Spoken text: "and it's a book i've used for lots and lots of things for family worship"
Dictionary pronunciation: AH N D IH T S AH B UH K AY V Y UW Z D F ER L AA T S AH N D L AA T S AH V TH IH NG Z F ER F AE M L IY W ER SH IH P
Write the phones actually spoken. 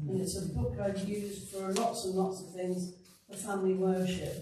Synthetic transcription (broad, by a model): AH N IH T S AH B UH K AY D Y UW Z D F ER L AA T S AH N L AA T S AH V TH IH NG Z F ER F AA M L IY W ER SH IH P